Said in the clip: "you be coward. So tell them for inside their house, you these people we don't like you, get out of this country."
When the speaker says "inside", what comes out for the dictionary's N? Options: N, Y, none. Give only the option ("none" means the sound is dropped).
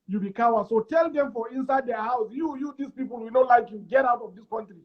N